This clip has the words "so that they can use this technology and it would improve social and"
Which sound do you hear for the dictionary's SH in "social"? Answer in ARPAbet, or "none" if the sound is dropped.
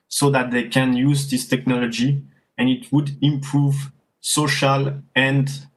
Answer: SH